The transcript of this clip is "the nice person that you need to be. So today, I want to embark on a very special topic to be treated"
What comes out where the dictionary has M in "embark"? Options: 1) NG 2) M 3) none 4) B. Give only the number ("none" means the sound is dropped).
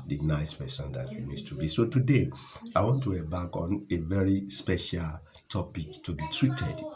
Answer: 3